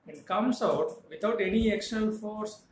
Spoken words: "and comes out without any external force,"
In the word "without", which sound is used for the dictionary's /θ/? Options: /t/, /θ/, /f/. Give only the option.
/t/